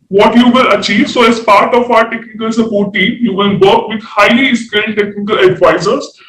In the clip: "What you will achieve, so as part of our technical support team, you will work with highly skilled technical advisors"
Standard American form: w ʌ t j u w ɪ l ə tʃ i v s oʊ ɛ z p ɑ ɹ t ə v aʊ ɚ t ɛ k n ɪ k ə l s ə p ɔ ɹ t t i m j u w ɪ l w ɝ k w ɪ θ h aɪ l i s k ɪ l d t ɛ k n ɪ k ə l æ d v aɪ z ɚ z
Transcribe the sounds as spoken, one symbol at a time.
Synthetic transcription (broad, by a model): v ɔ t j u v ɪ l ə tʃ i v s oʊ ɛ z p ɑ ɹ t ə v aʊ ɚ t ɛ k n ɪ k ə l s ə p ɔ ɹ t t i m j u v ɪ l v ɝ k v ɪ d h aɪ l i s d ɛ n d t ɛ k n ɪ k ə l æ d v aɪ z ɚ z